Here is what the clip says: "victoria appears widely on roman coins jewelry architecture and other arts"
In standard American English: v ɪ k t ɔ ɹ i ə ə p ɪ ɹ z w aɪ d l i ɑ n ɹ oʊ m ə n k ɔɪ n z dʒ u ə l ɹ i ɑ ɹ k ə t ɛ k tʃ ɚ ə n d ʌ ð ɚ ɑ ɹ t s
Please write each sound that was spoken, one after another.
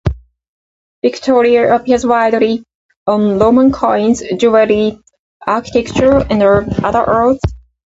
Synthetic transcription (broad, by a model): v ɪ k t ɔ ɹ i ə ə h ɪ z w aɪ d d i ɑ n l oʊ m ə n k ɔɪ n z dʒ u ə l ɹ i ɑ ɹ k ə t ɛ k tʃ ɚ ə n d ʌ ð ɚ ɹ t θ